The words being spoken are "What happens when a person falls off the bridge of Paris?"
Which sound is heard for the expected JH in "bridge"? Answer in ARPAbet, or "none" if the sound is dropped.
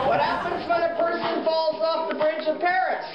CH